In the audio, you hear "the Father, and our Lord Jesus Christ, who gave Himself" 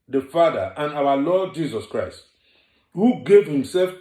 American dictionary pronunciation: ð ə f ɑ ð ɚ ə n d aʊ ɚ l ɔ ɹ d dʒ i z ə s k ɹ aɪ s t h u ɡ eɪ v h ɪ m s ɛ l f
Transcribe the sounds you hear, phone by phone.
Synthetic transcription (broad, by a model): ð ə f ɑ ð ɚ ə n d aʊ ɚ l ɔ d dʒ i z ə s k ɹ aɪ s t h u ɡ eɪ v h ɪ m s ɛ l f